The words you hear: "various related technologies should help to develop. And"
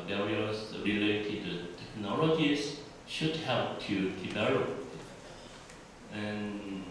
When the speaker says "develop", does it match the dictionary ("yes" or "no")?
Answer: no